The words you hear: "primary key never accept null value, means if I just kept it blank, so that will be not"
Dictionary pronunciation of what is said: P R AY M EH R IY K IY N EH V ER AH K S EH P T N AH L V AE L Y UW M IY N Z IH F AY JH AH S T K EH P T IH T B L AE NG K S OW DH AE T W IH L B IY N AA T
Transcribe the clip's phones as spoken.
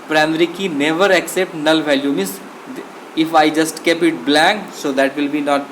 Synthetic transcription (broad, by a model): P R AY M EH R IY K IY N EH V ER AH K S EH P T N AH L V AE L Y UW M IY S IH F AY JH AH S T K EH P IH T B L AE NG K S OW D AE T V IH L B IY N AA T